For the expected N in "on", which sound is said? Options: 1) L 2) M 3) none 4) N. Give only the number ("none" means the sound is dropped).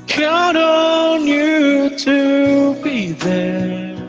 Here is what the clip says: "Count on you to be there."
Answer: 4